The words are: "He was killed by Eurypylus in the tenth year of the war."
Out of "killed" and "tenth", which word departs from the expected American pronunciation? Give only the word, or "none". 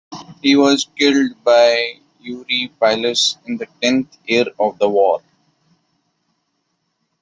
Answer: tenth